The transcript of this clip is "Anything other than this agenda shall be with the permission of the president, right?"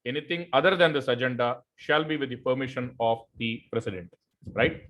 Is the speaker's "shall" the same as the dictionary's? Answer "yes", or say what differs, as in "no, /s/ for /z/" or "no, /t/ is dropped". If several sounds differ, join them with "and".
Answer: yes